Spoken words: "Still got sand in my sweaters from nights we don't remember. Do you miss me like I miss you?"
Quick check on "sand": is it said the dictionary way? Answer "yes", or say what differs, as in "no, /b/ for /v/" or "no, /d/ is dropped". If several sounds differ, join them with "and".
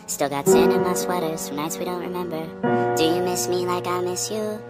no, /d/ is dropped